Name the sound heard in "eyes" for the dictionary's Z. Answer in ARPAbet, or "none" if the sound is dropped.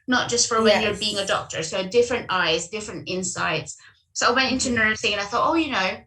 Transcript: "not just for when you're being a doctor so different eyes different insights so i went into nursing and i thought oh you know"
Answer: Z